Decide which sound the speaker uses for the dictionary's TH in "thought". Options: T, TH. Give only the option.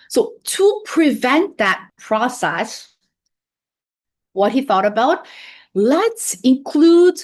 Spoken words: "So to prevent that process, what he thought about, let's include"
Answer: TH